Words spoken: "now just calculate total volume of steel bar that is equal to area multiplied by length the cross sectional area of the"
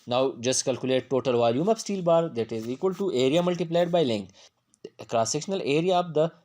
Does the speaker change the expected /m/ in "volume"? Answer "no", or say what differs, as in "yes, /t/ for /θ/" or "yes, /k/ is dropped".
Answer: no